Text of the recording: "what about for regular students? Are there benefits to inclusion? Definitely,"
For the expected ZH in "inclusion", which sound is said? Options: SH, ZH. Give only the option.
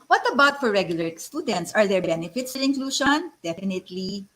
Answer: SH